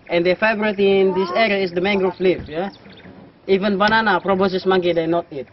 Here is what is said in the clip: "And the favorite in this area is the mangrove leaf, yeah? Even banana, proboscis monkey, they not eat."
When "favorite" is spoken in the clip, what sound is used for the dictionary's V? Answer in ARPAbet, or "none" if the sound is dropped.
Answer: B